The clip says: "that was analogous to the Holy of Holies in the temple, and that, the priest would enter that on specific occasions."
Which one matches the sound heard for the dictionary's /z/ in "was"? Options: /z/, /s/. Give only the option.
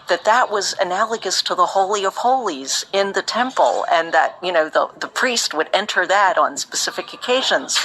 /z/